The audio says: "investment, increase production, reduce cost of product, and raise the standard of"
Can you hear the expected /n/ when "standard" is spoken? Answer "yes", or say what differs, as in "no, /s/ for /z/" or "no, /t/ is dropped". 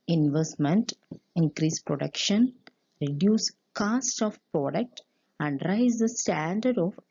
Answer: yes